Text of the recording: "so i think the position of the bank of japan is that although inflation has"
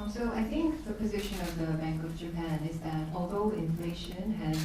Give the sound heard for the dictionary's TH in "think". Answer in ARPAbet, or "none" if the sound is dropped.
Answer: TH